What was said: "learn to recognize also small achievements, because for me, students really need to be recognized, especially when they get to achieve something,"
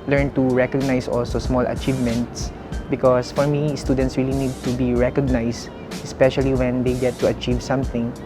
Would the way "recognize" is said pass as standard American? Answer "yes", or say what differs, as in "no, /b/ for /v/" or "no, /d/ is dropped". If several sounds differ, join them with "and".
no, /s/ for /z/